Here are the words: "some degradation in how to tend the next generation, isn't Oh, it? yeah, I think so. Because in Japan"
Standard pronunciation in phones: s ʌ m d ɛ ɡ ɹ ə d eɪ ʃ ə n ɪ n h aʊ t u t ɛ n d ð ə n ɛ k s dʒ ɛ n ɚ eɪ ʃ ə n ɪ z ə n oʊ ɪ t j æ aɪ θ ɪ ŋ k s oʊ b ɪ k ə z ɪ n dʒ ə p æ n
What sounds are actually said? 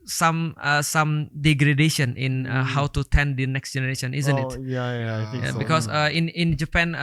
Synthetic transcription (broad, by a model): s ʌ m d ɛ ɡ ɹ ə d eɪ ʃ ə n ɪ n h aʊ t u t ɛ n d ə n ɛ k s dʒ ɛ n ɚ eɪ ʃ ə n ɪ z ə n ɪ t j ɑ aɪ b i k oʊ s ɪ ə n ɪ n dʒ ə p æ n